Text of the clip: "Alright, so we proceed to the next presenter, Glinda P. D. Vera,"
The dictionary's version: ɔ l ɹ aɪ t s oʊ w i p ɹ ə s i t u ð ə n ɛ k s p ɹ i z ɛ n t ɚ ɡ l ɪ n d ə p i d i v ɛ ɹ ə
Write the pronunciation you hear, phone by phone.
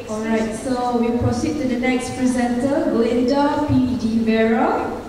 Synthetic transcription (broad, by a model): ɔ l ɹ aɪ t s oʊ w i p ɹ ə s i t u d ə n ɛ k s p ɹ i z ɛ n t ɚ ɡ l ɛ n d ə p i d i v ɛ ɹ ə